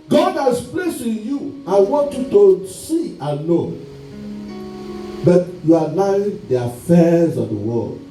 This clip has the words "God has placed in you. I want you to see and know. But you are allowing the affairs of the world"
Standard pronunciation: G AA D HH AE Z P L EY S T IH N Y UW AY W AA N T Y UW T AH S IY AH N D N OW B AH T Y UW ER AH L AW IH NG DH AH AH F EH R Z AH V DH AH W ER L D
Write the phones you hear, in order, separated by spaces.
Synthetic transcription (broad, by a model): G AA D HH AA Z P L EY S IH N Y UW AY W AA N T Y UW T AH S IY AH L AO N B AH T Y UW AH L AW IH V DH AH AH F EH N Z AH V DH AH W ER L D